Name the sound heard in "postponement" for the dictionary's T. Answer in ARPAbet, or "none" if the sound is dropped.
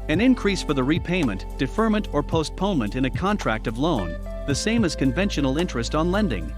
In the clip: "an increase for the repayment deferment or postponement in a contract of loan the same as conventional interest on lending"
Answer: T